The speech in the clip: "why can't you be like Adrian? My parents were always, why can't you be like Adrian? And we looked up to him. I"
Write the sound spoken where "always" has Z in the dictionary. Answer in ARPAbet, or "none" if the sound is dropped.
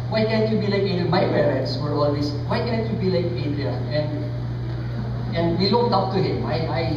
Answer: S